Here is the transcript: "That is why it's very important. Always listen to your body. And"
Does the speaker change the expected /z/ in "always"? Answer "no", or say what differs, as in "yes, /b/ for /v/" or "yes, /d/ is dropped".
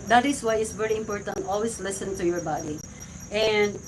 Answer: yes, /s/ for /z/